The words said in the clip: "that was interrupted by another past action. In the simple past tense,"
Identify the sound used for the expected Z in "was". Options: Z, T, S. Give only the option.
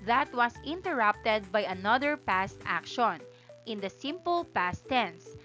S